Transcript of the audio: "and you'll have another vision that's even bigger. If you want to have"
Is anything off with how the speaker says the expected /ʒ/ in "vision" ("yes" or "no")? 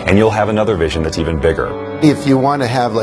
no